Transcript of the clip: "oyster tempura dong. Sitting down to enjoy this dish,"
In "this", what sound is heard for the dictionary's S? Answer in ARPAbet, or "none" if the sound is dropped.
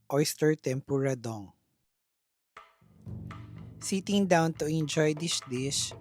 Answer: SH